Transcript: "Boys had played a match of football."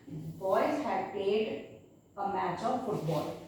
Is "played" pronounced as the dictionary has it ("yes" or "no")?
no